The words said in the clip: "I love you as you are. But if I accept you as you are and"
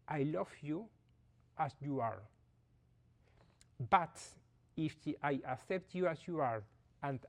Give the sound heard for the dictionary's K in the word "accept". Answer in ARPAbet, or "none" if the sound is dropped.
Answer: K